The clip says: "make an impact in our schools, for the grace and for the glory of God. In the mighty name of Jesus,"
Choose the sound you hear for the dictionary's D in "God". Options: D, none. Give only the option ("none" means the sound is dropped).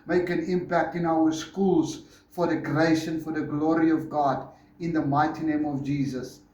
D